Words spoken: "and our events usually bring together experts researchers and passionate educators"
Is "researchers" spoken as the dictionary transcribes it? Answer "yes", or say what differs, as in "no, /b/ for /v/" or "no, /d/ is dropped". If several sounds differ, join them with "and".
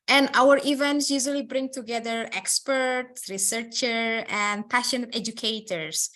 no, /z/ is dropped